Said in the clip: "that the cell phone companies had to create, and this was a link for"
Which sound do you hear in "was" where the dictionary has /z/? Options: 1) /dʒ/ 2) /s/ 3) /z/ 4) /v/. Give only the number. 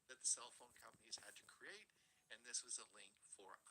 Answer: 3